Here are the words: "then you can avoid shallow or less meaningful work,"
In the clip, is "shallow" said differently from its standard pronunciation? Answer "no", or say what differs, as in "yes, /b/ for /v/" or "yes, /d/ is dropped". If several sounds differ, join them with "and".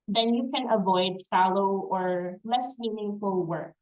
yes, /s/ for /ʃ/